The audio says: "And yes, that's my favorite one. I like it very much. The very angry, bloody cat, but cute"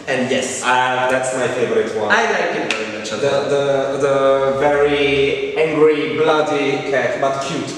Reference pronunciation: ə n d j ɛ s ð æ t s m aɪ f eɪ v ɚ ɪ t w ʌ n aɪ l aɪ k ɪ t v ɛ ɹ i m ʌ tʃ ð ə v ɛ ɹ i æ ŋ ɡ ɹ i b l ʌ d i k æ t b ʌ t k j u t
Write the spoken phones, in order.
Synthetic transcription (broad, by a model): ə n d j ɛ s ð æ t s m aɪ f eɪ v ɚ ɪ t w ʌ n aɪ l aɪ k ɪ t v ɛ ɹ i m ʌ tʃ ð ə v ɛ ɹ i æ ŋ ɡ ɹ i b l ʌ d i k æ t b ʌ t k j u t